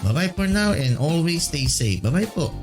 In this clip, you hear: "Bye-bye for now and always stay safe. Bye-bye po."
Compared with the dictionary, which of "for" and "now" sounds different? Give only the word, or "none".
for